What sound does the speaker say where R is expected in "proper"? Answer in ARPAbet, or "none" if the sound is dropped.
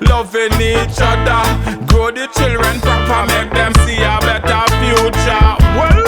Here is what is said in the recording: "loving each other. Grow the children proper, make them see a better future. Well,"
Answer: none